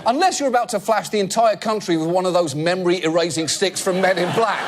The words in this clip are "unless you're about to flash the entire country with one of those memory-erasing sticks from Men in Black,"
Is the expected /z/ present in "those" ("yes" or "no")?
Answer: yes